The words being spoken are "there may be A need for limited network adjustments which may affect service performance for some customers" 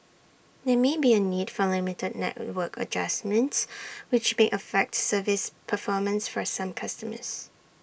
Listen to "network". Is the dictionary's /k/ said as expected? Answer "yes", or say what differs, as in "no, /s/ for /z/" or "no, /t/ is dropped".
yes